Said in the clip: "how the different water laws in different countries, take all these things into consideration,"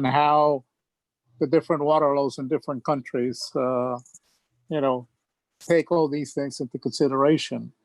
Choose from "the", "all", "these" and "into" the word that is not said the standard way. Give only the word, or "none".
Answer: none